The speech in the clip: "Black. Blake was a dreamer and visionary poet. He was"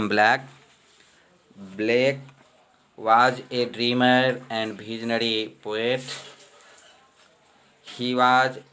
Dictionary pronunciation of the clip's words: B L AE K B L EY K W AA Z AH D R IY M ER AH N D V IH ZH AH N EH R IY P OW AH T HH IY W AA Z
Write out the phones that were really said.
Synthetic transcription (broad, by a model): B L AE K B L EY K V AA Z AH D R IY M ER AH N D B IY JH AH N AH R IY P OW AH T HH IY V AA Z